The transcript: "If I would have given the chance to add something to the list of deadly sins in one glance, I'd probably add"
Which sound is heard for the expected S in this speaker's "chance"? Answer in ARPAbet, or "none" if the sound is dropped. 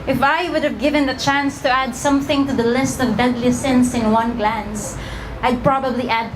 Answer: S